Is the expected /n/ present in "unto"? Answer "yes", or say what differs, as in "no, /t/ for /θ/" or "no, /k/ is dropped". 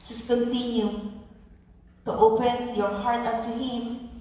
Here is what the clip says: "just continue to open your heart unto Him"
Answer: no, /n/ is dropped